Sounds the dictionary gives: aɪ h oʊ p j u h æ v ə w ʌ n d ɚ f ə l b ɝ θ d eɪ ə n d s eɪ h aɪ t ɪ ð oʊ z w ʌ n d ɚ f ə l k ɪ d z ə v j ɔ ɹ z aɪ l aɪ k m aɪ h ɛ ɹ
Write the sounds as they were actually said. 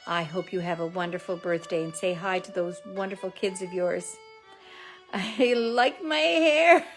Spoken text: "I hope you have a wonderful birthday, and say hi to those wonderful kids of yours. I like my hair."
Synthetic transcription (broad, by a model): aɪ h oʊ p j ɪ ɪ v ə w ʌ n d ɚ f l b ɝ θ d eɪ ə n s eɪ h aɪ t ɪ ð oʊ z w ʌ n d ɚ f l k ɪ d z ə v j ɔ ɹ z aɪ l aɪ k m aɪ h ɛ ɹ